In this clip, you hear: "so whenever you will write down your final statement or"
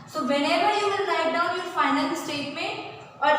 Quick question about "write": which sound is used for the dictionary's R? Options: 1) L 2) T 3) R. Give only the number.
1